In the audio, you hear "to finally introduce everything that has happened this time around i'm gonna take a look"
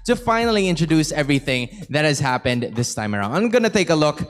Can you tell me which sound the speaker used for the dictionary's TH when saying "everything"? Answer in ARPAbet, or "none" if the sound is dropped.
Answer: TH